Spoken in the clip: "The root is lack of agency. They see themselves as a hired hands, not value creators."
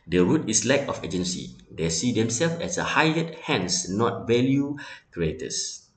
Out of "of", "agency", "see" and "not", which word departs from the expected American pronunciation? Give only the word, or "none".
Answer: of